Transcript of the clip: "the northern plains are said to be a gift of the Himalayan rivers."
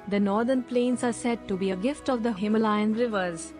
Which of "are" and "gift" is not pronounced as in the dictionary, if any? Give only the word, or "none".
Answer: none